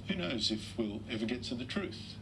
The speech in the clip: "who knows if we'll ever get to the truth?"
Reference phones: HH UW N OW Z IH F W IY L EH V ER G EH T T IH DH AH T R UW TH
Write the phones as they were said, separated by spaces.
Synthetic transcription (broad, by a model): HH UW N OW Z IH F W IY L EH V ER G EH T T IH DH AH T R UW TH